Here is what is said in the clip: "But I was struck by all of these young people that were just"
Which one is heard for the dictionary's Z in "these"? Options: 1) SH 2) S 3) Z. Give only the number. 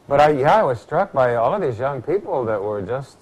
3